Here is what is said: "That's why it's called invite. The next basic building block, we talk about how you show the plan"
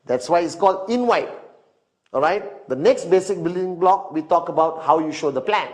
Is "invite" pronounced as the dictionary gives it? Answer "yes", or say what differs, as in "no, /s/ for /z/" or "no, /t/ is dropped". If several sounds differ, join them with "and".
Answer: no, /w/ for /v/